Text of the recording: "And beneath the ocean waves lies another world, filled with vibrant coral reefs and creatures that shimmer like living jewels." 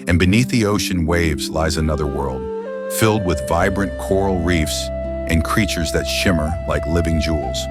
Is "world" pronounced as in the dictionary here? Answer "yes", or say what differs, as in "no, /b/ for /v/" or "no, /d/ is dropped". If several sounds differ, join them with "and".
yes